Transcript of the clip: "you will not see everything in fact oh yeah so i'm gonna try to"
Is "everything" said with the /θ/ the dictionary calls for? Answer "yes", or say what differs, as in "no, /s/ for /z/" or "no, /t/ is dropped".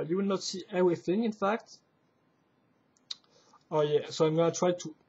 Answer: yes